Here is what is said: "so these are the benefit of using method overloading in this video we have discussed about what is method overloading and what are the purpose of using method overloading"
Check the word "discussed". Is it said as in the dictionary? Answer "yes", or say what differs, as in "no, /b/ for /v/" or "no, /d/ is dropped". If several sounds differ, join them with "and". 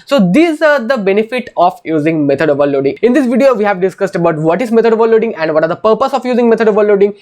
yes